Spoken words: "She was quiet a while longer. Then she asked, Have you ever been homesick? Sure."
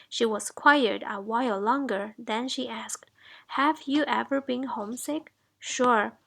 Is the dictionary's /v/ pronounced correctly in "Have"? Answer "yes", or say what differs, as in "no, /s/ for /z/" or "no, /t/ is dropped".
yes